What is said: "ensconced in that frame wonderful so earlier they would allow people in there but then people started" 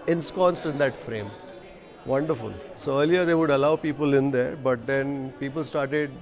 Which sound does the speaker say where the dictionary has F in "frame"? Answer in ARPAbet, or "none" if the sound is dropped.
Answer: F